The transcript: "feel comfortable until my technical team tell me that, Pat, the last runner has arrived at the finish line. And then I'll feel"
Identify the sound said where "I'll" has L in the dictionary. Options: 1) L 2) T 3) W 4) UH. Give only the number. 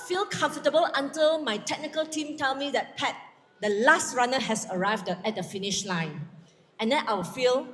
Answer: 3